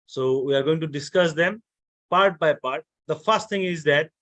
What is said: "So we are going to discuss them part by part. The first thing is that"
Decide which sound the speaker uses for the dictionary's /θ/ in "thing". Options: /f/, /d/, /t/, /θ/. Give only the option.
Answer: /t/